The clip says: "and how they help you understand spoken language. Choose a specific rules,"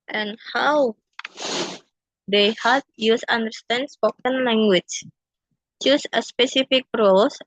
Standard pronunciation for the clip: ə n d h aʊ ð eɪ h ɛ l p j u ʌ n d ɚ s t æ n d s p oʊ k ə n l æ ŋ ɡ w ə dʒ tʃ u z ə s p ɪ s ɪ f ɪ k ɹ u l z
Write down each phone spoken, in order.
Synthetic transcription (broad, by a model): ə n h aʊ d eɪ h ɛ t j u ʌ n d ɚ s t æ n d s p oʊ k ə n l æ ŋ ɡ w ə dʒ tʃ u s ə s p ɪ s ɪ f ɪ k ɹ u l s